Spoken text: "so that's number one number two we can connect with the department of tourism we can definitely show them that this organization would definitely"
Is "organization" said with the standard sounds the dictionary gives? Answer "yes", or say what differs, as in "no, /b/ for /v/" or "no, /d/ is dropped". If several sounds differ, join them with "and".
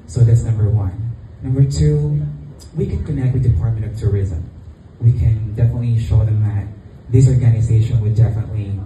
yes